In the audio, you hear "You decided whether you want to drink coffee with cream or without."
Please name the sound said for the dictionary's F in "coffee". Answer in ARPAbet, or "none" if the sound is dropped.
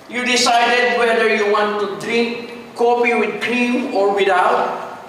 P